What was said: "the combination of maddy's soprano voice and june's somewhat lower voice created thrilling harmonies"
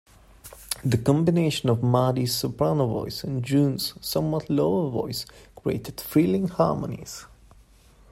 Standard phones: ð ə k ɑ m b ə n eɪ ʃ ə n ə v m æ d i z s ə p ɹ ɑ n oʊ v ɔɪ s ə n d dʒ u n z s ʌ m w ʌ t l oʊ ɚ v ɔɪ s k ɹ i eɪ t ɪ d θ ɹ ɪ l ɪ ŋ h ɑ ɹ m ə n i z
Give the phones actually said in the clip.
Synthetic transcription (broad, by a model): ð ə k ɑ m b ə n eɪ ʃ ə n ə v m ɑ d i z s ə p ɹ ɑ n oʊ v ɔɪ s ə n dʒ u n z s ʌ m w ʌ t l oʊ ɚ v ɔɪ s k ɹ i eɪ t ɪ d f ɹ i l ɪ ŋ h ɑ ɹ m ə n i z